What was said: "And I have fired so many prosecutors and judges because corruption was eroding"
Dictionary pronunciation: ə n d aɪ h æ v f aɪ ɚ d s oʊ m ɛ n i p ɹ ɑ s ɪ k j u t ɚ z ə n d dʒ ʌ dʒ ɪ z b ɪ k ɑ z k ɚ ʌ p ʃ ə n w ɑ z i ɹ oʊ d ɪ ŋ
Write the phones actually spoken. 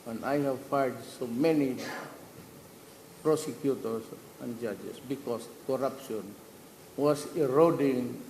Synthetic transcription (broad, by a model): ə n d aɪ h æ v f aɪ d s oʊ m ɛ n i p ɹ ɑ s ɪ k j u t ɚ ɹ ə n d dʒ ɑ dʒ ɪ s b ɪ k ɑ s k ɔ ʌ p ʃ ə n w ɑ s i ɹ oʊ d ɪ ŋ